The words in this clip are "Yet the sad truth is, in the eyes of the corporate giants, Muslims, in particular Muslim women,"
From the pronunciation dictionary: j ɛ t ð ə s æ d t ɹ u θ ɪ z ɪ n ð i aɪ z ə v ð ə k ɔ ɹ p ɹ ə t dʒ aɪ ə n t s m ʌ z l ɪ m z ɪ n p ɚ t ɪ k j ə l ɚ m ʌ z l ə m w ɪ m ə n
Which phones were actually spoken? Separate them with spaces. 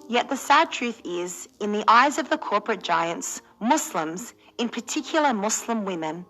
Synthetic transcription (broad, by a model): j ɛ t ð ə s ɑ d t ɹ u θ ɪ z ɪ n ð i aɪ z ə v ð ə k ɔ ɹ p ɹ ə t dʒ aɪ ə n t s m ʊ s l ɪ m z ɪ n p ɚ t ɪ k j l ɚ m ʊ s l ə m w ɪ m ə n